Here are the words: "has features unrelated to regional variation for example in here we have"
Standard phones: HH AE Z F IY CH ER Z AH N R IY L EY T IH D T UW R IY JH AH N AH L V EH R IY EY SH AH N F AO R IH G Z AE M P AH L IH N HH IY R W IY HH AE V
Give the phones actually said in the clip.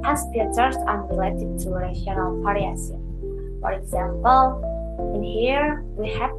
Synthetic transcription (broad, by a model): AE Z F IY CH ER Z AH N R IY L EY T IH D T UW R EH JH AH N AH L P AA R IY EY S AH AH F AO R IH G Z AE M P AH L IH N HH IY R W IY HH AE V